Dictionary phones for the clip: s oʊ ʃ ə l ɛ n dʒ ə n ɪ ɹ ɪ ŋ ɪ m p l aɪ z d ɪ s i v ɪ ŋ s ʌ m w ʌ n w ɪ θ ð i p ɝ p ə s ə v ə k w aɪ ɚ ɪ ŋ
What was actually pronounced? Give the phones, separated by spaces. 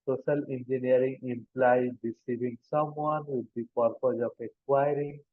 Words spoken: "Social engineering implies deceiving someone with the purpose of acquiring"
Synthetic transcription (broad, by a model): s oʊ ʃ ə l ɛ n dʒ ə n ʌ ɹ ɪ ŋ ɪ m p l aɪ d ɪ s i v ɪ ŋ s ʌ m w ʌ n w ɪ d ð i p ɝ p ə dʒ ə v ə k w aɪ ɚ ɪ ŋ